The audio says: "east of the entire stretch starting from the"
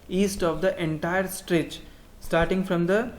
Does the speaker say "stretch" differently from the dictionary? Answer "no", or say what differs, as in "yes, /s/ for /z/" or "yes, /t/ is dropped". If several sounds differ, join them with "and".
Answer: no